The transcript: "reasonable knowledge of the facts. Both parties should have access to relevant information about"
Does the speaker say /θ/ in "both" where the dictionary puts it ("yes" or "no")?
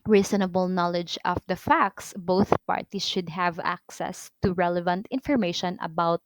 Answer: yes